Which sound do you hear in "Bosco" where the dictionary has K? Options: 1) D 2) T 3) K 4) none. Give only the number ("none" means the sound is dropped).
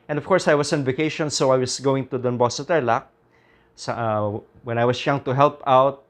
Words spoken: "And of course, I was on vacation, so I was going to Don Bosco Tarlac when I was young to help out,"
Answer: 4